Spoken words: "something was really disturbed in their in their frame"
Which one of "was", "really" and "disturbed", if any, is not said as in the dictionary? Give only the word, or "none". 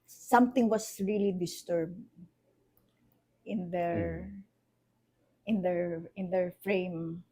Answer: was